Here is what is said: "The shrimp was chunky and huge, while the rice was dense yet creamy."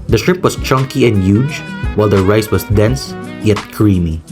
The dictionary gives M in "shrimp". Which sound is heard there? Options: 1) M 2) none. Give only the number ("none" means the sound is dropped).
2